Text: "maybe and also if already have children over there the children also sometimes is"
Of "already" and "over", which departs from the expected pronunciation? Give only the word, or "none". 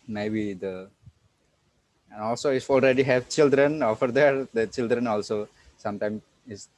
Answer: over